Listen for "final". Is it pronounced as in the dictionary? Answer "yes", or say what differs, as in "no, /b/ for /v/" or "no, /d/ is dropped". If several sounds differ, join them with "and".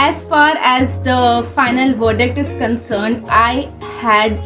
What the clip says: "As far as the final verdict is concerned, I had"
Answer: yes